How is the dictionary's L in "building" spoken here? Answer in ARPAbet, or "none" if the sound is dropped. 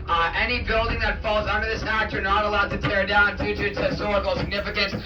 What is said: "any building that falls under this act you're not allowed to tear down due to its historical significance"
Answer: L